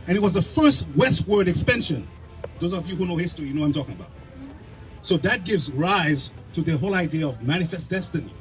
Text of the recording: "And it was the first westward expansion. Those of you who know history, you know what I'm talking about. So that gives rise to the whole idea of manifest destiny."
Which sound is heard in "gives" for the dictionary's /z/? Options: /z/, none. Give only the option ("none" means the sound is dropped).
/z/